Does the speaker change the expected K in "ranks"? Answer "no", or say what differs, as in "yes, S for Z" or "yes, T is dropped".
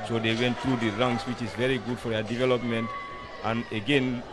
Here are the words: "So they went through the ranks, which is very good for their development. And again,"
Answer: yes, K is dropped